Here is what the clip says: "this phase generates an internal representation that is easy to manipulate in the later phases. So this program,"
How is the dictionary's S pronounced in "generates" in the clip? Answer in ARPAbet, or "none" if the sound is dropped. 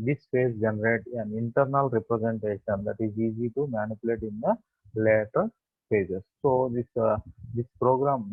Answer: none